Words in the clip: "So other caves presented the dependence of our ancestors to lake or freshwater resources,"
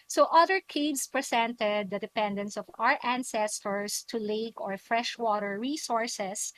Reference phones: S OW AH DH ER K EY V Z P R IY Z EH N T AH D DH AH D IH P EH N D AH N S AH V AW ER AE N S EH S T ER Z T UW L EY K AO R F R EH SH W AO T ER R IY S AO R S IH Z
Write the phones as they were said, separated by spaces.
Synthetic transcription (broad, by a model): S OW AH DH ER K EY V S P R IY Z EH N T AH D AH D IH P EH N D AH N S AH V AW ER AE N S EH S T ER S T UW L EY K AO R F R EH SH W AO T ER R IY S AO R S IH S